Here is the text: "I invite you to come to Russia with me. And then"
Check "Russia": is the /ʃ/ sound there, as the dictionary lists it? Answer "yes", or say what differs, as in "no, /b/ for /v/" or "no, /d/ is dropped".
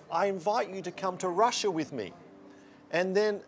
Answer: yes